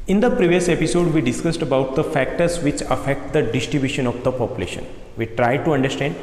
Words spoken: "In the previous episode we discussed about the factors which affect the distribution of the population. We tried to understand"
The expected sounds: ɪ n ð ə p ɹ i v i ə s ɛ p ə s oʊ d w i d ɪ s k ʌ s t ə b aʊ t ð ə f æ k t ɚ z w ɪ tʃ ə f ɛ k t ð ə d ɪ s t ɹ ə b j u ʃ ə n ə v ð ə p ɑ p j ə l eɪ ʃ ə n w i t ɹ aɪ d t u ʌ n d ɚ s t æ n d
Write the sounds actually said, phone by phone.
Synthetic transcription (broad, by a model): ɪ n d ə p ɹ i v i ə s ɛ p ə s oʊ d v i d ɪ s k ʌ s t ə b aʊ t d ə f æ k t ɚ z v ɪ tʃ ə f ɛ k t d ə d ɪ s t ɹ ə b j u ʃ ə n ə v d ə p ɑ p j ə l eɪ ʃ ə n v i t ɹ aɪ d t u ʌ n d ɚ s t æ n d